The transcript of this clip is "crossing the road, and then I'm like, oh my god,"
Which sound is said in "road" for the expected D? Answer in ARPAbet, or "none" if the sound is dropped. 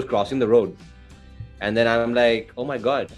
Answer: D